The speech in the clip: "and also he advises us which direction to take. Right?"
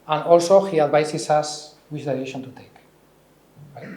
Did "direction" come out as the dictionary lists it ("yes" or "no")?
no